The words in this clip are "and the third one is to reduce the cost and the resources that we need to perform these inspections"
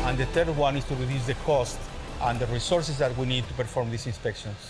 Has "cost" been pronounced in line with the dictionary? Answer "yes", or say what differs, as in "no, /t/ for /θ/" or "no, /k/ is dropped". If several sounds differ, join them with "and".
yes